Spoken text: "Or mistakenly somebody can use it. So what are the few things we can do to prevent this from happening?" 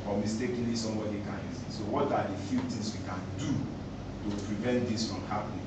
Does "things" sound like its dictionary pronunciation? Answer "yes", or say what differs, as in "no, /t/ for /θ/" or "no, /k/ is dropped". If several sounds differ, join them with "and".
no, /t/ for /θ/